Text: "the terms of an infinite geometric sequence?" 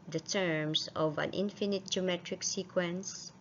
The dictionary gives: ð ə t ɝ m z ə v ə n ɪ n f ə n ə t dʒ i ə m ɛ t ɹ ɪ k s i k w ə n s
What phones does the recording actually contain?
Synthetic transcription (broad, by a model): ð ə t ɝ m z ə v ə n ɪ n f ə n ə t dʒ i ə m ɛ t ɹ ɪ k s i k w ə n s